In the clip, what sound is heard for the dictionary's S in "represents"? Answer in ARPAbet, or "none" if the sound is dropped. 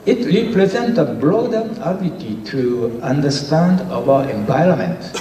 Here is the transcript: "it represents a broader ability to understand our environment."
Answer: none